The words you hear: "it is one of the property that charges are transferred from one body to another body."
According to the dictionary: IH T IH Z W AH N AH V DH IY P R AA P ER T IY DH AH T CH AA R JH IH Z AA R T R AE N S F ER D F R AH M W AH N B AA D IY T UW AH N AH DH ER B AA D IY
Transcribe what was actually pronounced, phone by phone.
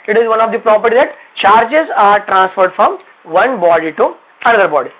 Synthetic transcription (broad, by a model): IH T IH Z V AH N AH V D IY P R AA P ER T IY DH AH T CH AA R JH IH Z AA R T R AE N S F ER D F R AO M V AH N B AA D IY T UW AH N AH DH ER B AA D IY